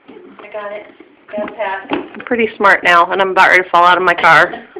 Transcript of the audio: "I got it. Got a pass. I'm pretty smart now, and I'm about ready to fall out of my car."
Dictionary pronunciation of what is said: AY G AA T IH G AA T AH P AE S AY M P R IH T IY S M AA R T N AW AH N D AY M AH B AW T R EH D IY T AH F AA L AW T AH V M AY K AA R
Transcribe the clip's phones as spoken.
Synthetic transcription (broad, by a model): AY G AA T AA AH M P R IH T IY S M AA R T N AW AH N AY M AH B AW T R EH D T AH F AA L AW T AH V M AY K AA R